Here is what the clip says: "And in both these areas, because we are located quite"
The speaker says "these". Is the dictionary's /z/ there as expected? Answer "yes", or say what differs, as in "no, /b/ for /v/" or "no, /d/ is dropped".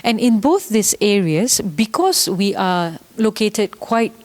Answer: no, /s/ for /z/